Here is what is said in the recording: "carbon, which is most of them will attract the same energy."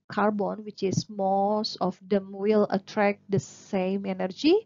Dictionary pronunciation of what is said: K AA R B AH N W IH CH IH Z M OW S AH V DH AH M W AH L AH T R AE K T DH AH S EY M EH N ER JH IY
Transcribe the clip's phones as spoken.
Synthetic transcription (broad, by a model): K AA R B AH N W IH CH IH S M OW S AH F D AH M W AH L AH T R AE K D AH S EY M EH N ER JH IY